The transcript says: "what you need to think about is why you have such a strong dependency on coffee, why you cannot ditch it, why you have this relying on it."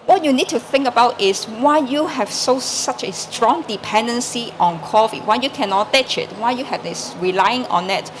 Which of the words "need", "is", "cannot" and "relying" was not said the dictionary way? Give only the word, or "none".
is